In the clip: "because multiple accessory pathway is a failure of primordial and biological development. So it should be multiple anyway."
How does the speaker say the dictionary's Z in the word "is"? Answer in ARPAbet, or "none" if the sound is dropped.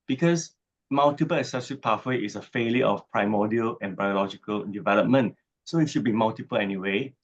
S